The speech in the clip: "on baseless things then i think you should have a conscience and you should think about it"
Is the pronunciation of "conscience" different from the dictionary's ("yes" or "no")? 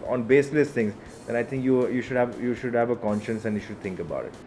no